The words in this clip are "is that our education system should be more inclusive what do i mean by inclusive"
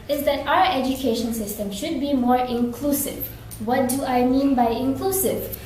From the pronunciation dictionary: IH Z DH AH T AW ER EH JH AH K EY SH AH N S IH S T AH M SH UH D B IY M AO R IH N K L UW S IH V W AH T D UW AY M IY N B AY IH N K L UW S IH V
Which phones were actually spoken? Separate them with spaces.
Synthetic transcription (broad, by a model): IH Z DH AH T AW ER EH JH AH K EY SH AH N S IH S T AH M SH UH D B IY M AO R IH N K L UW S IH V W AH T D UW AY M IY N B AY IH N K L UW S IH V